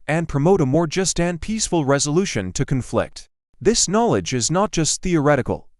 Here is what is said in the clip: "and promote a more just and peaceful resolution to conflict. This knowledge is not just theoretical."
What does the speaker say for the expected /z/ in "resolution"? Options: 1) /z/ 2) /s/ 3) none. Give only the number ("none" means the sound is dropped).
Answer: 1